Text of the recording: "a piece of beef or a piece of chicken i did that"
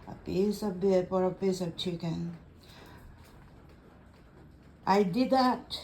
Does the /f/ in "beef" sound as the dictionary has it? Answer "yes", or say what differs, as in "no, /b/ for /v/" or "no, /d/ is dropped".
no, /p/ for /f/